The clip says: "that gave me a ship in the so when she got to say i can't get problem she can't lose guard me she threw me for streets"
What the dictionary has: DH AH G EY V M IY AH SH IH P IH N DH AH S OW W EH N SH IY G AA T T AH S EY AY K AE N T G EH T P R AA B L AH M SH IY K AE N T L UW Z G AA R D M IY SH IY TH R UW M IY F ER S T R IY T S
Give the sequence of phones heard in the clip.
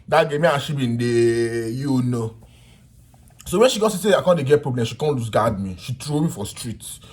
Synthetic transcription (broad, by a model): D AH G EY M IY AH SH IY B IH N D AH S OW W EH N SH IY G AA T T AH S EY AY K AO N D G EH T P R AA B L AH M SH IY K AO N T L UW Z G AA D M IY SH IY T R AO M IY F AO S T R IY T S